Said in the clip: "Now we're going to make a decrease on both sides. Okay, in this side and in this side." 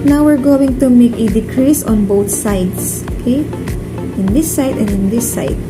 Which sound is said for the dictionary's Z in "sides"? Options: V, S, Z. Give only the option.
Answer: S